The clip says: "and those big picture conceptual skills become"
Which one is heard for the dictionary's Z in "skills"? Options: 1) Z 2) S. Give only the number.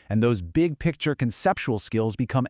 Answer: 1